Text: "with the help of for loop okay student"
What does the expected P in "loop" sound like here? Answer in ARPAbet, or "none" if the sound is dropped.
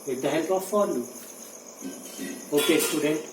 none